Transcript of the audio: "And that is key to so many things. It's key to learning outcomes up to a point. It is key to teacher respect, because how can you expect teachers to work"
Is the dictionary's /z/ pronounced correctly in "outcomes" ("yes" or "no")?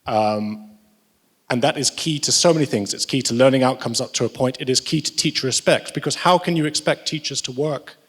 yes